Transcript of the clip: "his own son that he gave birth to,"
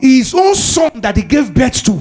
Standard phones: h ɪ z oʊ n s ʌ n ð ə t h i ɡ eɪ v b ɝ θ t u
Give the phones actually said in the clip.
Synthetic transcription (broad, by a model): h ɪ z oʊ n s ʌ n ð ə t h i ɡ eɪ v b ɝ s t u